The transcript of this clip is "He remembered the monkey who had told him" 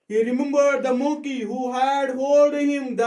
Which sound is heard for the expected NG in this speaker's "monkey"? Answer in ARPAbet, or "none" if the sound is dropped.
none